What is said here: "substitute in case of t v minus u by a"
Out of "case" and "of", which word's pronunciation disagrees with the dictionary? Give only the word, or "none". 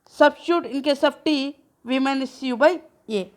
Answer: of